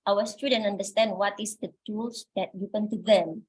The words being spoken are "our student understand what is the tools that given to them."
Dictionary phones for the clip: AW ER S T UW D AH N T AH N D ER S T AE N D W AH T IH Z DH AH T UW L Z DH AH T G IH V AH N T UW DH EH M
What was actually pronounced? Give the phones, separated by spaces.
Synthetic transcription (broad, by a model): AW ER S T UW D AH N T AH N D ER S T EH N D W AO T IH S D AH T UW L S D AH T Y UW P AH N T UW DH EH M